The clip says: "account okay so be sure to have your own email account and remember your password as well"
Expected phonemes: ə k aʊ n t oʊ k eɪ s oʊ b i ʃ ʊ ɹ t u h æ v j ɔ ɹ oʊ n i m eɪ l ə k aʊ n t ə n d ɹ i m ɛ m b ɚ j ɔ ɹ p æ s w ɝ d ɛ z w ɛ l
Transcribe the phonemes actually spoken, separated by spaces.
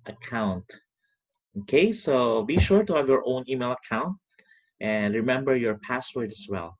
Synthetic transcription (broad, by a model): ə k aʊ n t oʊ k eɪ s oʊ b i ʃ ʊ ɹ t u h æ v j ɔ ɹ oʊ n i m eɪ l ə k aʊ n t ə n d ɹ i m ɛ m b ɚ j ɔ ɹ p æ s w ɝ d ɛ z w ɛ l